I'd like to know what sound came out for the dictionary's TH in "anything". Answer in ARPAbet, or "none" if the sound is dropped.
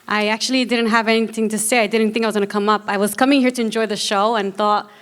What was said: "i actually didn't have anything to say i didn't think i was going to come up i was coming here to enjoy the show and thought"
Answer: TH